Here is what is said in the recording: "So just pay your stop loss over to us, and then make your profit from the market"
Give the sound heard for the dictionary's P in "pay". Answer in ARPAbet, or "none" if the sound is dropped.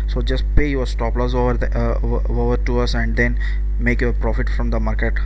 P